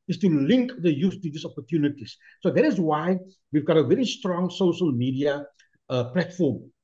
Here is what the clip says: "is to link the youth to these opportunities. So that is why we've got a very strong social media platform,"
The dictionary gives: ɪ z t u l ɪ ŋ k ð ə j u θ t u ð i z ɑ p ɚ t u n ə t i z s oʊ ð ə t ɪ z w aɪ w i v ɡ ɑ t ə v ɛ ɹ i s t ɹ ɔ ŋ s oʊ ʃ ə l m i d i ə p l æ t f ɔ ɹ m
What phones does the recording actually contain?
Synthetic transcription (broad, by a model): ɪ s t u l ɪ ŋ k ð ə j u s t u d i s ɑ p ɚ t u n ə t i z s oʊ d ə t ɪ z w aɪ w i v ɡ ɑ t ə v ɛ ɹ i s t ɹ ɔ ŋ s oʊ ʃ ə l m i d i ə p l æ t f ɔ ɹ m